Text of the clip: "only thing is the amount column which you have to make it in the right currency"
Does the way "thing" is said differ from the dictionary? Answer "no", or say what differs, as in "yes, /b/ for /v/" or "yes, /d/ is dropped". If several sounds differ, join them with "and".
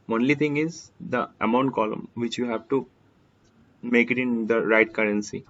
yes, /t/ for /θ/